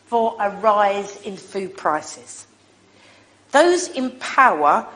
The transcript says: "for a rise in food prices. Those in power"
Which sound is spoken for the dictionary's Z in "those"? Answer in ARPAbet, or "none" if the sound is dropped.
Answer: Z